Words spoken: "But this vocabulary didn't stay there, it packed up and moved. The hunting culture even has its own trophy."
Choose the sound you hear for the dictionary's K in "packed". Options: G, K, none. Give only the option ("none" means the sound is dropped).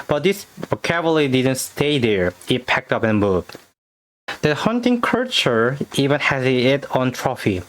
K